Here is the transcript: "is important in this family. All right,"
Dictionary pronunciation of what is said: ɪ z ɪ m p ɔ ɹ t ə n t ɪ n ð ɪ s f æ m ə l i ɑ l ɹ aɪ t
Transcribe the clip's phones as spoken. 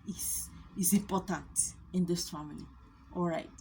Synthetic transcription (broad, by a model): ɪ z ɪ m p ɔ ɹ t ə n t ɪ n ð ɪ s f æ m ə n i ɑ l ɹ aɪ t